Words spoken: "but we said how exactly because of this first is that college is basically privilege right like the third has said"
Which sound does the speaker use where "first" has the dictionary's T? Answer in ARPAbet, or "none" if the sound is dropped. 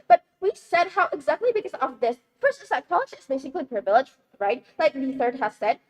none